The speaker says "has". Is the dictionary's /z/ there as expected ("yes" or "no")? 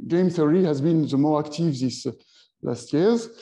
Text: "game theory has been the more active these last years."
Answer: yes